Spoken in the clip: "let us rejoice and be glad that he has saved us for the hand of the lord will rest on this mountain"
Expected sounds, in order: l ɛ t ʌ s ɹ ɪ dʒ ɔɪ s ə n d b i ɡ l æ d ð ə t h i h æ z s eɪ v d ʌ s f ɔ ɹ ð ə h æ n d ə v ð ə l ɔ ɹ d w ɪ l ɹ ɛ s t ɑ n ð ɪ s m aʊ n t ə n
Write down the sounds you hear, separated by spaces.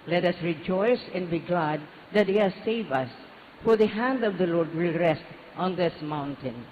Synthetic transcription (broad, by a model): l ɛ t ʌ s ɹ ɪ dʒ ɔɪ s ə n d b i ɡ l æ d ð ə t h i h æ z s eɪ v ʌ s f ɔ ɹ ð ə h æ n d ə v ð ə l ɔ ɹ d w ɪ l ɹ ɛ s t ɑ n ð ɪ s m aʊ n t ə n